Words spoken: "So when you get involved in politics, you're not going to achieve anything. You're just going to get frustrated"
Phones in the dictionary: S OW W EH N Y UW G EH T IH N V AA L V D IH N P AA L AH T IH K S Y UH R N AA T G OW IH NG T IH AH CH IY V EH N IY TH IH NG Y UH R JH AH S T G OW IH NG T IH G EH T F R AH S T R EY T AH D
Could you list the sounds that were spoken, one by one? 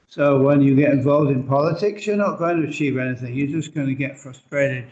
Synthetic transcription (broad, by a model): S OW W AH N Y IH G EH T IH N V AA L V D IH N P AA L AH T IH K S Y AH R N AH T G OW IH NG T IH AH CH IY V EH N IY TH IH NG Y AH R JH AH S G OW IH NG T IH G EH T F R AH S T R EY T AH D